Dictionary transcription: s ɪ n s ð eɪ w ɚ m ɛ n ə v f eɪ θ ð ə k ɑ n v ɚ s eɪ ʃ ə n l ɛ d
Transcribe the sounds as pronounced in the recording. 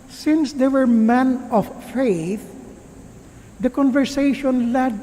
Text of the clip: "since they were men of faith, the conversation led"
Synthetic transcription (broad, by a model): s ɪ n s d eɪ w ɚ m ɛ n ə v f eɪ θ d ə k ɑ n v ɚ s eɪ ʃ ə n l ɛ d